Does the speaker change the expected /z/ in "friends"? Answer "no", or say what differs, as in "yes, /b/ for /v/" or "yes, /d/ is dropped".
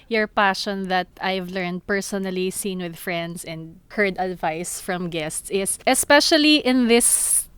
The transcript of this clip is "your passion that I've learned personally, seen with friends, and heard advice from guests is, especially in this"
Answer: yes, /s/ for /z/